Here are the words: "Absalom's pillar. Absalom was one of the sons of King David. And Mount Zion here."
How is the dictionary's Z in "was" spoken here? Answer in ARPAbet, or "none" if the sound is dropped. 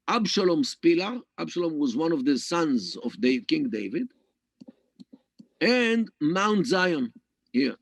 Z